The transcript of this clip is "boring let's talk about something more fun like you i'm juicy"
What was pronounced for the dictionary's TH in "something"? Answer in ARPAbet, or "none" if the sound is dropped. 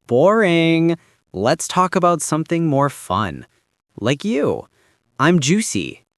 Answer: TH